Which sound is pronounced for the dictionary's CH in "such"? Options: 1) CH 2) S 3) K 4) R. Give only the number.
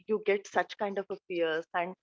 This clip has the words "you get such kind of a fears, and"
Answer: 1